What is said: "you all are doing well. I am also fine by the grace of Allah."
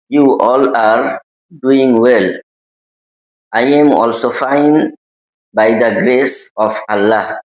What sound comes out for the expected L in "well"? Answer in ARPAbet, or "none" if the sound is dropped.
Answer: L